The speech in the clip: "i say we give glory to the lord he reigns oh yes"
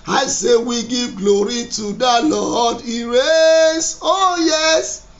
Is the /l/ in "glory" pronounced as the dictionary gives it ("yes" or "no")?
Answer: yes